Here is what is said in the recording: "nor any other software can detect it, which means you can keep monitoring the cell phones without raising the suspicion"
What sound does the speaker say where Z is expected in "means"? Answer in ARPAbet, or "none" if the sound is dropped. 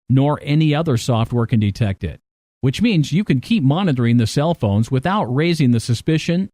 Z